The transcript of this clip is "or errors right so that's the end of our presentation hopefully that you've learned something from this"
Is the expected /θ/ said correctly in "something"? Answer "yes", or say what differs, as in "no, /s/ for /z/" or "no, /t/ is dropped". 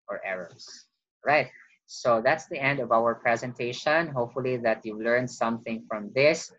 yes